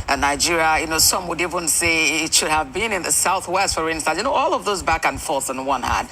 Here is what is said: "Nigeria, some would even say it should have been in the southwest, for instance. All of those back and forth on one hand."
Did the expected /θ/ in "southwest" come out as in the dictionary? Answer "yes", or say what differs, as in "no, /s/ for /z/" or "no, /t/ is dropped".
yes